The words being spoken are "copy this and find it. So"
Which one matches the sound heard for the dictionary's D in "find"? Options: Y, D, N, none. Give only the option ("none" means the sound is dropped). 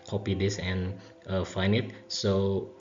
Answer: none